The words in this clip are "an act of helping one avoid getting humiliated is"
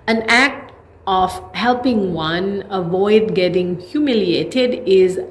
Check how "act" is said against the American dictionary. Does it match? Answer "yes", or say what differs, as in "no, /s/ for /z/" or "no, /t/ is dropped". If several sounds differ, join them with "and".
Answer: yes